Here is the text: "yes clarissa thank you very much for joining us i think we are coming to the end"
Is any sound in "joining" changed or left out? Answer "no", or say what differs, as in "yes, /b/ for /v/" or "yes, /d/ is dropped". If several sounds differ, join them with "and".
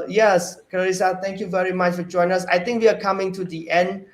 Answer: yes, /n/ is dropped